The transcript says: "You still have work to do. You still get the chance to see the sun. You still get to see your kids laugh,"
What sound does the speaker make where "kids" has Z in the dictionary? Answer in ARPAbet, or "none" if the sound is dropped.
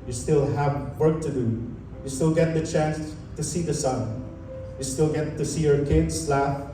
S